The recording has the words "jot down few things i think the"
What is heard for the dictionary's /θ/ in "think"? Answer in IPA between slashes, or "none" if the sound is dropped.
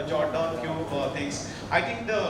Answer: /t/